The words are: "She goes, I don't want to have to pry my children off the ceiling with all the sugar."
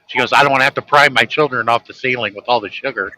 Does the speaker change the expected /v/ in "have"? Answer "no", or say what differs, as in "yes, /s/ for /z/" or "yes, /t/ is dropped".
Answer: yes, /f/ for /v/